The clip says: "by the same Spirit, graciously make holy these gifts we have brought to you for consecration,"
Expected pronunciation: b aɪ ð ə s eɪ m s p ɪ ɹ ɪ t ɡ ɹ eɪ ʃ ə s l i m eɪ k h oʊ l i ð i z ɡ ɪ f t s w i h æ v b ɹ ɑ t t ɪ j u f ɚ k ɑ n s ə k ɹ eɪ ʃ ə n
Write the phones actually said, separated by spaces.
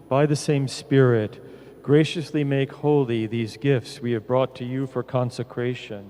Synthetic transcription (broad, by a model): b aɪ ð ə s eɪ m s p ɪ ɹ ɪ t ɡ ɹ eɪ ʃ ə s l i m eɪ k h oʊ l i ð i z ɡ ɪ f t s w i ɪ v b ɹ ɑ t t ɪ j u f ɚ k ɑ n s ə k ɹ eɪ ʃ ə n